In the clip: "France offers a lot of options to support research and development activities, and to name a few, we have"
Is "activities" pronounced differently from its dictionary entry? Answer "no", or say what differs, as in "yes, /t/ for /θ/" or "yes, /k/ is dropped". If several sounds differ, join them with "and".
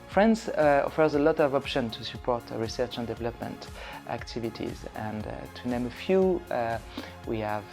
no